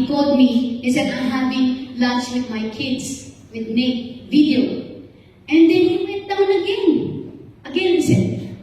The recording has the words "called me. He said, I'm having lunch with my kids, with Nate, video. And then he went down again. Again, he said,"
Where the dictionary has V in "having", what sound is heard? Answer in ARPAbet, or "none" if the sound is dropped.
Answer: P